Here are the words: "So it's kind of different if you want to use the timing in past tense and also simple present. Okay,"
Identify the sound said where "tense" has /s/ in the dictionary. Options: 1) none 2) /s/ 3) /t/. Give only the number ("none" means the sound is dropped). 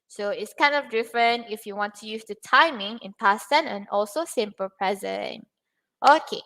1